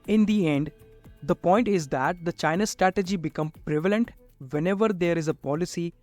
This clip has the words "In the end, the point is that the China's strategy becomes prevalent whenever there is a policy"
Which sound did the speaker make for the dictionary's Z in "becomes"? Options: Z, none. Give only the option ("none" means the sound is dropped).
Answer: none